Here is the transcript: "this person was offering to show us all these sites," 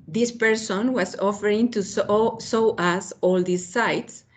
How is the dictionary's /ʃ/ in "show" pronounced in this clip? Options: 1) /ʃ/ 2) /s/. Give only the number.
2